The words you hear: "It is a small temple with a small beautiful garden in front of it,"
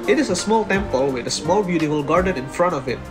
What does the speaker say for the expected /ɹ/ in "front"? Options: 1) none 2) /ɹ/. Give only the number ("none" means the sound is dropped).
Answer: 2